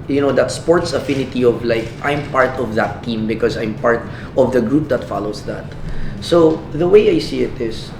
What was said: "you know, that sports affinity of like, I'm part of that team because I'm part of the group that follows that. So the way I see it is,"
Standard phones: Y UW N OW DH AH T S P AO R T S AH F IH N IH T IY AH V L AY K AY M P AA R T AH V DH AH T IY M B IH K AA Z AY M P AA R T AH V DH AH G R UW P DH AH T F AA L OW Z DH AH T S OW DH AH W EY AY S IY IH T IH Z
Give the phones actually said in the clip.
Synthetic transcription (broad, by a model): Y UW N OW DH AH T S P AO R T S AH F IH N IH T IY AH V L AY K AY M P AA R T AH V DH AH T IY M B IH K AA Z AY M P AA R T AH V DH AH G R UW P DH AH T F AA L OW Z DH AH T S OW DH AH W EY AY S IY IH T IH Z